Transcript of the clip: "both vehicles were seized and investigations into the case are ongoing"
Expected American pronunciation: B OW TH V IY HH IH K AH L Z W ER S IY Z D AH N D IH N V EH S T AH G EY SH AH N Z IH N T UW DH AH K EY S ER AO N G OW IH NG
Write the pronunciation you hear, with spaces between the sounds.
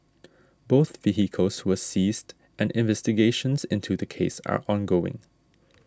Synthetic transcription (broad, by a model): B OW TH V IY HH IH K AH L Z W ER S IY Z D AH N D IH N V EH S T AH G EY SH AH N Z IH N T UW DH AH K EY S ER AO N G OW IH NG